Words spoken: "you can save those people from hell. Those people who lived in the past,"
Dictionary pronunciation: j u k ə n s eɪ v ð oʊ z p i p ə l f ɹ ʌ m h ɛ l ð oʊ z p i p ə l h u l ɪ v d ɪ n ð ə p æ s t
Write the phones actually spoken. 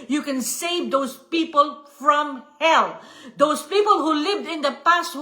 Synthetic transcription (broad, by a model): j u k ə n s eɪ v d oʊ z p i p ə l f ɹ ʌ m h ɛ l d oʊ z p i p ə l h u l ɪ v d ɪ n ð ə p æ s t